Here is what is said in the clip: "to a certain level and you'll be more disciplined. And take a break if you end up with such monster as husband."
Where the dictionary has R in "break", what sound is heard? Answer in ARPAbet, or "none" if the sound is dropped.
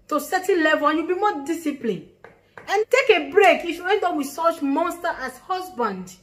R